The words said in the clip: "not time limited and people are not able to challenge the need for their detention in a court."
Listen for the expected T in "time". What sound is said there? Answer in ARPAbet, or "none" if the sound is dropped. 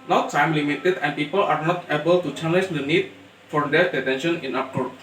S